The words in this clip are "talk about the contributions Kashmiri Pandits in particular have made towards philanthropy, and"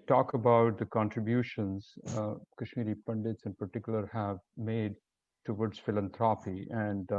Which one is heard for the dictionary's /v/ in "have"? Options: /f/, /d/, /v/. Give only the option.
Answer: /v/